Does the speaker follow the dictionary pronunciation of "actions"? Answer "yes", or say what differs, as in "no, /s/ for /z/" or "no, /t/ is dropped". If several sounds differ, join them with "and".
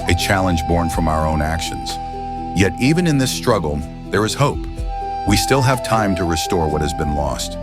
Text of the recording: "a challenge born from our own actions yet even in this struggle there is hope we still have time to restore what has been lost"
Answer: yes